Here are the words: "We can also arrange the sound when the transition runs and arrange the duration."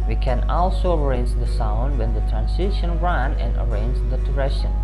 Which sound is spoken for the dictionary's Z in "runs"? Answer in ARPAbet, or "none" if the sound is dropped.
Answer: none